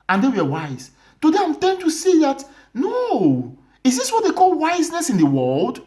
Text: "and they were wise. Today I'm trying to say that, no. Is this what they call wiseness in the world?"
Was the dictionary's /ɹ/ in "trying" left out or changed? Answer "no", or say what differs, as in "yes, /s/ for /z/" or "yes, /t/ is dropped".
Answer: yes, /ɹ/ is dropped